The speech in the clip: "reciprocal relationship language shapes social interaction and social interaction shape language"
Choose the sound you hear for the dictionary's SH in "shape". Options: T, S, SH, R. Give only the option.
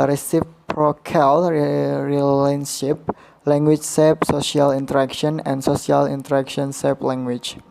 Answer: S